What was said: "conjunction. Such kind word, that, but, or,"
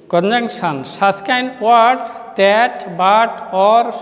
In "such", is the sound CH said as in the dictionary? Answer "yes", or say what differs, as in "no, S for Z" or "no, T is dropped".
no, S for CH